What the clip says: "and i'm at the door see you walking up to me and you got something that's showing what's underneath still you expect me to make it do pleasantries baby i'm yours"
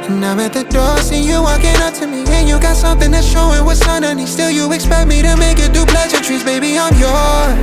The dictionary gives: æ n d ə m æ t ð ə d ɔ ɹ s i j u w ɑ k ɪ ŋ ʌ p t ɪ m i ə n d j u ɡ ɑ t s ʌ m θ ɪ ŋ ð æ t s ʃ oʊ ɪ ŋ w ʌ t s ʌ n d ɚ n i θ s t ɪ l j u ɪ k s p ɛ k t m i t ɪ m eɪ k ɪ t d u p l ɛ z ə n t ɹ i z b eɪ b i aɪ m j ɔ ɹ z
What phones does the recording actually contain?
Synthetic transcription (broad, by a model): n ə m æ t ð ə d ɔ ɹ s i j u w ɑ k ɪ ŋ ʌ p t ɪ m i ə n j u ɡ ɑ t s ʌ m θ ɪ ŋ ð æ t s ʃ oʊ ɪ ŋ w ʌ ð s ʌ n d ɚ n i s t ɪ l j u ɪ k s p ɛ k t m i t ɪ m eɪ k ɪ t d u p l ɛ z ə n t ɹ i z b eɪ b i aɪ m j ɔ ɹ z